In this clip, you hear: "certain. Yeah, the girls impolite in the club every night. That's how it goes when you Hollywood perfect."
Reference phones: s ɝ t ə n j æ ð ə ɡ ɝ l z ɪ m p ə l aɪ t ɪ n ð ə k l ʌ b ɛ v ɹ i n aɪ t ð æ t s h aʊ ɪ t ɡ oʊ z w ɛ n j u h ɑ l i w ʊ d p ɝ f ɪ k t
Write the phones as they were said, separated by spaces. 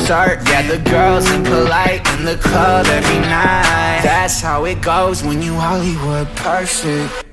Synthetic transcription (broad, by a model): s t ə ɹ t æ ð ə ɡ ɝ l z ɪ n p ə l aɪ t ɪ n ð ə k ʌ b ɛ v ɹ i n aɪ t ð æ t s h aʊ ɪ t ɡ oʊ z w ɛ n j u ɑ l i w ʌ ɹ p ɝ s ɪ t